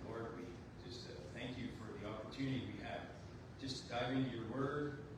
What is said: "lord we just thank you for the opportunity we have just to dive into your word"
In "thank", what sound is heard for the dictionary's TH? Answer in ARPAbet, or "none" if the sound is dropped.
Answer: TH